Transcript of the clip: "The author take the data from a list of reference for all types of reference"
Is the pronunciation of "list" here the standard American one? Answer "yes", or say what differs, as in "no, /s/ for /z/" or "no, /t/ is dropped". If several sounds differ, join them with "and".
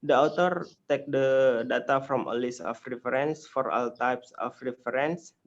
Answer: no, /t/ is dropped